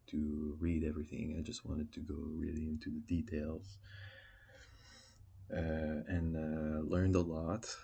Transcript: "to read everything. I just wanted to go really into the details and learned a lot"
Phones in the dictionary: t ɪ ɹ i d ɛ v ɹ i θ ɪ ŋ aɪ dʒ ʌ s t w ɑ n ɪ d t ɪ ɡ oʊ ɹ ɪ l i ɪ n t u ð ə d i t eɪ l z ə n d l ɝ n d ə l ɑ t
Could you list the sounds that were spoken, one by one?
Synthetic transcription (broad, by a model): t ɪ ɹ i d ɛ v ɹ i θ ɪ ŋ aɪ dʒ ʌ s t w ɑ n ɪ d t ɪ ɡ oʊ ɹ ɪ l i ɪ n t u ð ə d i t eɪ l z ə n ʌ l ɝ n d ə l ɑ t